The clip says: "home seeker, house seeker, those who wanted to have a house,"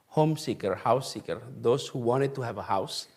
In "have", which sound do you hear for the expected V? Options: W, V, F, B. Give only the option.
V